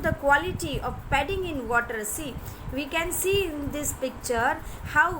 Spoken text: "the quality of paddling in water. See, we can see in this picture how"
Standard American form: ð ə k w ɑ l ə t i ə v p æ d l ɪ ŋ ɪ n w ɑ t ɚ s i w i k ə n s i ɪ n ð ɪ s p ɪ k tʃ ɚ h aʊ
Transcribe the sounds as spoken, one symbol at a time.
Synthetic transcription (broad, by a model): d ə k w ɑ l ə t i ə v p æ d ɪ ŋ ɪ n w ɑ t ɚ s i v i k ə n s i ɪ n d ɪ s p ɪ k tʃ ɚ h aʊ